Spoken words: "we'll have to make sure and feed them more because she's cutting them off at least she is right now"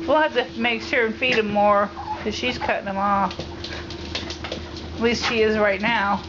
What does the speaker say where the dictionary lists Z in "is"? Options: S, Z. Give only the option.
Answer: Z